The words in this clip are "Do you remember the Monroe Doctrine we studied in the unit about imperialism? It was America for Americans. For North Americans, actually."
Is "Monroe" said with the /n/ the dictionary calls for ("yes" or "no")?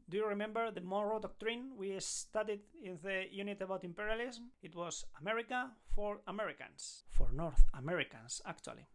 no